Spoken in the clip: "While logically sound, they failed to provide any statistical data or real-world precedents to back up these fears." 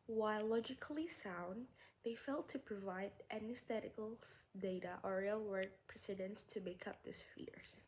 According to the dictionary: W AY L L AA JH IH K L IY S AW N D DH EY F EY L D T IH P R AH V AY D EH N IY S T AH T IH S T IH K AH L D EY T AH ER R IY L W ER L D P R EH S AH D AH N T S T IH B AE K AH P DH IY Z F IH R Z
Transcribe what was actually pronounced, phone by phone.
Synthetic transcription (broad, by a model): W AY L L AA JH IH K L IY S AW N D DH EY F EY L T IH P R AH V AY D EH N IY S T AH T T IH K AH L D EY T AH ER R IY L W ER D P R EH S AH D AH N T S T IH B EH K AH P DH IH S F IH R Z